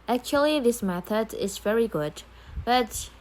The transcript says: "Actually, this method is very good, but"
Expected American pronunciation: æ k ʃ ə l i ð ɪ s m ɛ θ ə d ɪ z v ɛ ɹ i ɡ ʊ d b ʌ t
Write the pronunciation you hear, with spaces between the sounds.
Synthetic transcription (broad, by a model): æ k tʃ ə l i ð ɪ s m ɛ θ ə d ɪ z v ɛ ɹ i ɡ ʊ d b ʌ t